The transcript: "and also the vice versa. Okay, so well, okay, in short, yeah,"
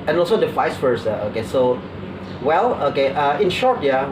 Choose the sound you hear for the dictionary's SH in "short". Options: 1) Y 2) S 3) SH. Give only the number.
3